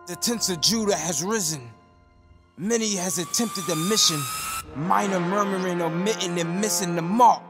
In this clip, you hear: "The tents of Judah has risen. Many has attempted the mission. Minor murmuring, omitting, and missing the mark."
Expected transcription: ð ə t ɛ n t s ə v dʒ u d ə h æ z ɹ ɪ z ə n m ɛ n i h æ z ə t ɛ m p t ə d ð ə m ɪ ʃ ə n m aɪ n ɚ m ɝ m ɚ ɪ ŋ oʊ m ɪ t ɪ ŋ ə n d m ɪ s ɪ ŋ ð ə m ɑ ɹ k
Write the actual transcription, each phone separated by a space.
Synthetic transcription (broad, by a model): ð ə t ɛ n t s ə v dʒ u d ə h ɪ z ɹ ɪ z ə n m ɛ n i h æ z ə t ɛ m p t ə d ð ə m ɪ ʃ ə n m aɪ n ɚ m ɝ m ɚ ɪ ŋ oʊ m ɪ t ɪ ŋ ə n m ɪ s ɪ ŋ ð ə m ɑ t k